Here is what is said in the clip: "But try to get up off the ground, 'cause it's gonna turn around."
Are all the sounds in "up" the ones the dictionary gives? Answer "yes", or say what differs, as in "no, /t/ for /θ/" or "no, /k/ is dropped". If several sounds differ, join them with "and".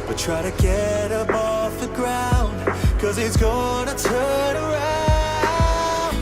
no, /b/ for /p/